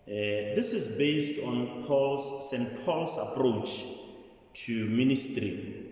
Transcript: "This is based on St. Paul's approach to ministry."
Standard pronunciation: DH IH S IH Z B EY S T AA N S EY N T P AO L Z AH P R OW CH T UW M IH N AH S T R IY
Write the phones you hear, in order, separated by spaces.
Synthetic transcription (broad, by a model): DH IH S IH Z B EY S T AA N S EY N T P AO L S AH P R OW CH T UW M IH N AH S T R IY